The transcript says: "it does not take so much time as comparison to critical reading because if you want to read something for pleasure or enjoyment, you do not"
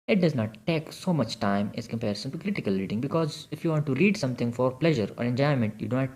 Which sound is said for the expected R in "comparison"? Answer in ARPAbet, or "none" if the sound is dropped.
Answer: R